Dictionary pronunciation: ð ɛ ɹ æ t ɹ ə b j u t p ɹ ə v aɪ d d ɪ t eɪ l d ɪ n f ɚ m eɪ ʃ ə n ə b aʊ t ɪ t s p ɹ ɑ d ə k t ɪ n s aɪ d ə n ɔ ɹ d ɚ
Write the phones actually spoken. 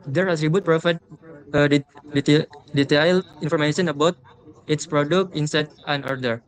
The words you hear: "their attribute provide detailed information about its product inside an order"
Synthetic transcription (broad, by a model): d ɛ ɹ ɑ s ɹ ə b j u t p ɹ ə f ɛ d d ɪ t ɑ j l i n f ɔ m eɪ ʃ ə n ə b aʊ t ɪ t s p ɹ ɑ d ə k t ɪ n s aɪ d ə n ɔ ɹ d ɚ